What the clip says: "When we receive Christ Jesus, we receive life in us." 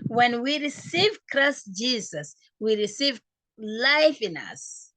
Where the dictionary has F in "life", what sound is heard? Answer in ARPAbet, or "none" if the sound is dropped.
F